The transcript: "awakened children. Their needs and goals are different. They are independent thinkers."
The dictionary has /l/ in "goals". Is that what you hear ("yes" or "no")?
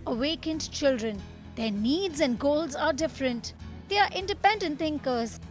yes